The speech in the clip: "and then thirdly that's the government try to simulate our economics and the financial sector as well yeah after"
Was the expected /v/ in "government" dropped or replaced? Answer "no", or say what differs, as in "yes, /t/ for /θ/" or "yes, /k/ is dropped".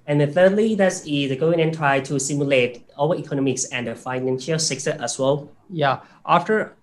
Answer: yes, /v/ is dropped